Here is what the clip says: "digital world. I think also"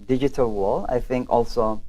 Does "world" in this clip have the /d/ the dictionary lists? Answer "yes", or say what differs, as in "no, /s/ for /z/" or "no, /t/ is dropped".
no, /d/ is dropped